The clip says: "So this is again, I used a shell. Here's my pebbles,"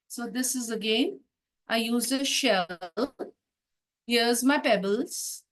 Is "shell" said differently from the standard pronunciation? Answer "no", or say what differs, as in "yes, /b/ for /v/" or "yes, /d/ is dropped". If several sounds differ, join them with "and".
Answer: no